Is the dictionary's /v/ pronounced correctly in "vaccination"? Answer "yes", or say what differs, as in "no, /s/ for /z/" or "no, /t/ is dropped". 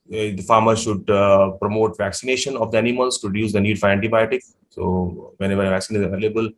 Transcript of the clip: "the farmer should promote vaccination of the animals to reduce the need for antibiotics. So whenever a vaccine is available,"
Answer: yes